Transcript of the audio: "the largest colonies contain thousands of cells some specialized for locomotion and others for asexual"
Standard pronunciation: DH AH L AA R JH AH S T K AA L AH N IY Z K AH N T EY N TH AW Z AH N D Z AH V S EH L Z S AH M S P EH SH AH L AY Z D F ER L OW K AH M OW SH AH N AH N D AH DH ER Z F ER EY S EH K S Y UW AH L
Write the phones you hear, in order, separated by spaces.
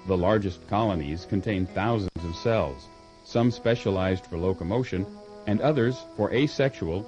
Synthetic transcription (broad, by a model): DH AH L AA R JH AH S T K AA L AH N IY Z K AH N T EY N TH AW Z AH N D Z AH V S EH L Z S AH M S P EH SH AH L AY Z D F ER L OW K AH M OW SH AH N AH N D AH DH ER Z F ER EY S EH K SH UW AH L